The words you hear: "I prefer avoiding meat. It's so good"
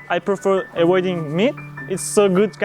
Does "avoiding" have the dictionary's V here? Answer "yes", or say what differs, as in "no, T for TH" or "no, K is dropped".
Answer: no, W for V